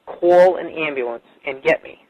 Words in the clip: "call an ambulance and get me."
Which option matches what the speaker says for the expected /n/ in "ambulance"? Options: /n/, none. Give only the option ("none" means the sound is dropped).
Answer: /n/